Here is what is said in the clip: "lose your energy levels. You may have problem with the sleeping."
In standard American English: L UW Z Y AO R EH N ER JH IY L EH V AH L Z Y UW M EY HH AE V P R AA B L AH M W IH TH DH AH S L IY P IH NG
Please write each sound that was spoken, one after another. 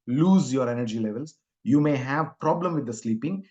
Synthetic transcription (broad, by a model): L UW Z Y AO R EH N ER JH IY L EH V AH L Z Y UW M EY HH AE V P R AA B L AH M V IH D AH S L IY P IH NG